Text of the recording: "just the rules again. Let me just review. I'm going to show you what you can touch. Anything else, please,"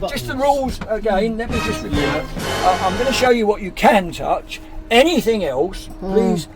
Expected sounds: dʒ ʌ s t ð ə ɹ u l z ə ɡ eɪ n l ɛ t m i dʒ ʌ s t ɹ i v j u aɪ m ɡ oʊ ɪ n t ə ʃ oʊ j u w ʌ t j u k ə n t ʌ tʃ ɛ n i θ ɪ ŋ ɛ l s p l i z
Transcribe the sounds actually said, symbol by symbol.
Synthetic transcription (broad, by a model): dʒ ʌ s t ð ə ɹ u l z ə ɡ eɪ n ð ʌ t m i dʒ ʌ s t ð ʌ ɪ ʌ aɪ m ɡ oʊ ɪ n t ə ʃ oʊ j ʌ w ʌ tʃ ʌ k ə n t ʌ tʃ ɛ n i θ ɪ ŋ ɛ l s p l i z